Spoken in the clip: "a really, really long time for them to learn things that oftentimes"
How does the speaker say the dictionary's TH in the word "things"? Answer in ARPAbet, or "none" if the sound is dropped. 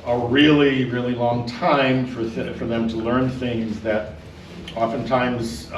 TH